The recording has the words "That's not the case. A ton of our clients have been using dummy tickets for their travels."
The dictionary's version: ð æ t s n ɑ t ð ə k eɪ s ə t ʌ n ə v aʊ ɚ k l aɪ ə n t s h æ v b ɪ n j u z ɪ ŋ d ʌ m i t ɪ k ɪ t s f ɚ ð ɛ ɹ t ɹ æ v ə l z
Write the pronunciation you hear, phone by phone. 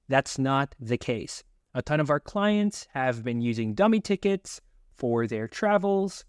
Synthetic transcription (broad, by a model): ð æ t s n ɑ t ð ə k eɪ s ə t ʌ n ə v aʊ ɚ k l aɪ ə n t s h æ v b ɪ n j u z ɪ ŋ d ʌ m i t ɪ k ɪ t s f ɚ ð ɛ ɹ t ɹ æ v l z